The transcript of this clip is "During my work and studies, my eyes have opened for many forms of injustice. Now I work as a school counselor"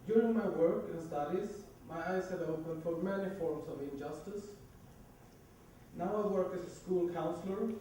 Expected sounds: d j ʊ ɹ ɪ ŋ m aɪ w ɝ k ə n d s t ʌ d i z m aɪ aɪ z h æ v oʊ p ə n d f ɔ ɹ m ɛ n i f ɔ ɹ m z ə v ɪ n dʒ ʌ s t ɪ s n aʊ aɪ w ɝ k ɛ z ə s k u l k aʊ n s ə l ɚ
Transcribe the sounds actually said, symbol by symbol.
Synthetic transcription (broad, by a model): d j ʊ ɹ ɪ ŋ m aɪ w ɝ k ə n s t ʌ d i z m aɪ aɪ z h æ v oʊ p ə n d f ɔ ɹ m ɛ n i f ɔ ɹ m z ə v ɪ n dʒ ʌ s t ɪ s n aʊ aɪ w ɝ k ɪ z ə s k u l k aʊ n s l ɚ